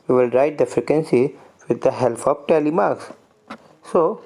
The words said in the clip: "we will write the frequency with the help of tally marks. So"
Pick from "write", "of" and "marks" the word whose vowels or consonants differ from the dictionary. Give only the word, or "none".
of